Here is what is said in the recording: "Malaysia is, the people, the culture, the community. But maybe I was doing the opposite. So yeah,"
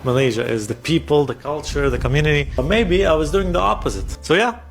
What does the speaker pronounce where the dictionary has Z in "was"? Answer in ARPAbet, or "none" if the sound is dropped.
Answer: Z